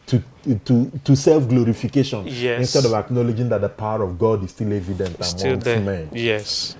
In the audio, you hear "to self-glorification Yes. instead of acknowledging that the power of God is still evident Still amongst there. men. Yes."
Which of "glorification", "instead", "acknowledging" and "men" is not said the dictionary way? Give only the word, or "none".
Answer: none